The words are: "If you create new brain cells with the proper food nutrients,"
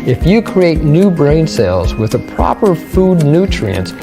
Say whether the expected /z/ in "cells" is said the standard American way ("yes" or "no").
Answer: yes